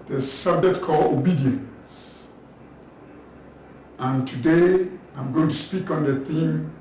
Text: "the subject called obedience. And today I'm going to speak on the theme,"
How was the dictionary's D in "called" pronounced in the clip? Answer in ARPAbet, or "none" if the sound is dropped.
none